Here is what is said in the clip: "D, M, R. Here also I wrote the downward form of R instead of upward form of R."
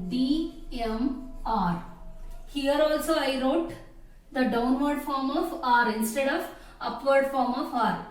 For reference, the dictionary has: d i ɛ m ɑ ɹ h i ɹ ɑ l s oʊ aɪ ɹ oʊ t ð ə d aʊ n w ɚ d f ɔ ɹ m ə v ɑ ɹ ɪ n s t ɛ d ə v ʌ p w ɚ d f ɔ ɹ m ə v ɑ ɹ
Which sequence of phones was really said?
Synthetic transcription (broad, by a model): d i ɛ m ɑ ɹ h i ɹ ɑ l s oʊ aɪ ɹ oʊ t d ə d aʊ n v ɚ d f ɔ ɹ m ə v ɑ ɹ ɪ n s t ɛ d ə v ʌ p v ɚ d f ɔ ɹ m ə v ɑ ɹ